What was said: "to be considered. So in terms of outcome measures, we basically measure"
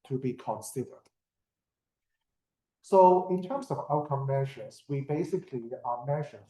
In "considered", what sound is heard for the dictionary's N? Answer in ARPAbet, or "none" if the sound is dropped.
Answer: N